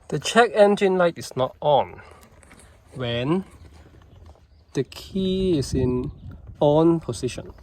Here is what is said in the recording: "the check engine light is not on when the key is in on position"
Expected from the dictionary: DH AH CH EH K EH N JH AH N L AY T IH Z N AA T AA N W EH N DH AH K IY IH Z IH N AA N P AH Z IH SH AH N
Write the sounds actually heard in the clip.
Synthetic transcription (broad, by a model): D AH CH EH K EH N JH AH N L AY T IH S N AA T AA N W EH N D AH K IY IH S IH N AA N P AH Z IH SH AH N